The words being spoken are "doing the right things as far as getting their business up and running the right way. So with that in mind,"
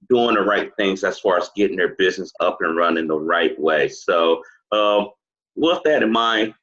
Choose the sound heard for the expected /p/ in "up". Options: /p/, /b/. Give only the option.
/p/